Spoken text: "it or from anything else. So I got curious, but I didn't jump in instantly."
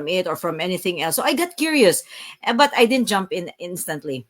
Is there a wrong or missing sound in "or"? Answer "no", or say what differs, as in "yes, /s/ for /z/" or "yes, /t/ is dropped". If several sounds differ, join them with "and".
no